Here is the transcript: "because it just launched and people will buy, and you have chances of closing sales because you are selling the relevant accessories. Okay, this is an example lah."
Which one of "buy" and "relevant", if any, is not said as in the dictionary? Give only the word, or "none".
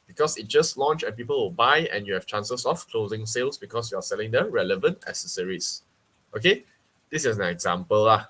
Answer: none